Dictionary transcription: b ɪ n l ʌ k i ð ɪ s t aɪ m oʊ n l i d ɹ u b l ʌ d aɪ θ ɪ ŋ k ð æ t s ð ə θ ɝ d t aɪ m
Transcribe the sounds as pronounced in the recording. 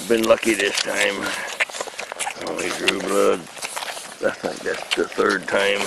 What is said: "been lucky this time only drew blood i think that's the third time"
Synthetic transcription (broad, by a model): b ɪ n l ʌ k i ð ɪ s t aɪ m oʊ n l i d ɹ u b l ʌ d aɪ s ɪ k ð æ t s ð ə θ ɝ d t aɪ m